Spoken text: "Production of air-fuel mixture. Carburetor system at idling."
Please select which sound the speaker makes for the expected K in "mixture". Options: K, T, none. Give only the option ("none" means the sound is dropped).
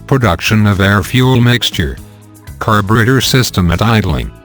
K